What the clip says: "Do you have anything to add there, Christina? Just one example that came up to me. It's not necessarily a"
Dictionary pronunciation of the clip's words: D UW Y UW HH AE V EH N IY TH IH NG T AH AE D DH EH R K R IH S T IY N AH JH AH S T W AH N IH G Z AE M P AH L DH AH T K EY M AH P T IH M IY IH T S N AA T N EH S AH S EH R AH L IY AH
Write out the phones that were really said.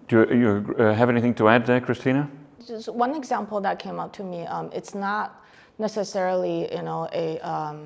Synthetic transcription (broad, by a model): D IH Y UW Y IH V EH N IY TH IH NG T AH AE D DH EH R K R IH S T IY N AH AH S W AH N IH G Z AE M P L DH AH T K EY M AH P T IH M IY IH T S N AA T N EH S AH S EH R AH N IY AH